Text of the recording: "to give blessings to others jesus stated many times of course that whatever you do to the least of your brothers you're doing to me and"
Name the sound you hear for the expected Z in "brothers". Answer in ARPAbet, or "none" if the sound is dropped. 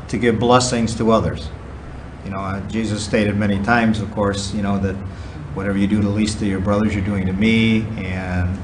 Z